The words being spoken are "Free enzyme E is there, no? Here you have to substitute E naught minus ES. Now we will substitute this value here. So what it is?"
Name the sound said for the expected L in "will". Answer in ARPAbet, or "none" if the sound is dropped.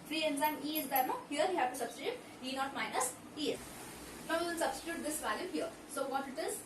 N